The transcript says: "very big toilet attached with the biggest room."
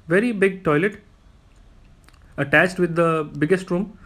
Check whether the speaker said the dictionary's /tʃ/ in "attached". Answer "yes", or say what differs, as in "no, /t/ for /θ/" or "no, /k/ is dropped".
yes